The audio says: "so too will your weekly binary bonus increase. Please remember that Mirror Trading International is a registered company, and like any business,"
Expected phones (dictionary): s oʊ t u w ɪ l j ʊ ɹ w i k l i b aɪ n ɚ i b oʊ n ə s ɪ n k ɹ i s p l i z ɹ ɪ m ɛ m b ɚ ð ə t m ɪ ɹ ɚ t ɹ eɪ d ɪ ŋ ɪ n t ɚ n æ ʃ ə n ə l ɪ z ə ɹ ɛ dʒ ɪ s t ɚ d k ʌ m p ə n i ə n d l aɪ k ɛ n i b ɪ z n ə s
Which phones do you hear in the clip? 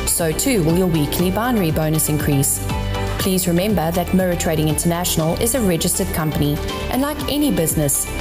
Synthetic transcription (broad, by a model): s oʊ t u w ɪ l j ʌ w i k l i b aɪ n ɚ i b oʊ n ə s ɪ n k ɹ i s p l i z ɹ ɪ m ɛ m b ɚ ð ə t m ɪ ɹ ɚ t ɹ eɪ d ɪ ŋ ɪ n t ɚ n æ ʃ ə n ə l ɪ z ə ɹ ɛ dʒ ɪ s t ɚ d k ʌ m p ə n i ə n l aɪ k ɛ n i b ɪ z n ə s